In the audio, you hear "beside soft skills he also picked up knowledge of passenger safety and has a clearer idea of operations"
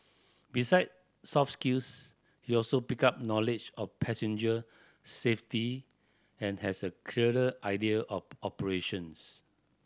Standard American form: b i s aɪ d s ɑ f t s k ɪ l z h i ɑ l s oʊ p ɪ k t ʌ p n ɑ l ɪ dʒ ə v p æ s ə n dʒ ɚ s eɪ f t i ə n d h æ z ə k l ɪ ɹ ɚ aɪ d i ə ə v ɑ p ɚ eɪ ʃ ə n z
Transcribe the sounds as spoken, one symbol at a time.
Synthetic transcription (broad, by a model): b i s aɪ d s ɑ f s k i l s h i ɑ l s oʊ p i k ɑ p n ɑ l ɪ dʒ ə f p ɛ s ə n dʒ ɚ s eɪ f t i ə n h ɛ s ə k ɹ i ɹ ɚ aɪ d i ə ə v ɑ p ɚ eɪ ʃ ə n s